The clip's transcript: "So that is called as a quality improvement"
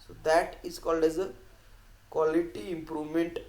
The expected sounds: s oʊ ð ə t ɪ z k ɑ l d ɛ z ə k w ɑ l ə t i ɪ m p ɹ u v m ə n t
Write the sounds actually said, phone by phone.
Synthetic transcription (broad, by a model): s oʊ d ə t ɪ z k ɑ l d ɛ z ə k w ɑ l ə t i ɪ m p ɹ u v m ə n t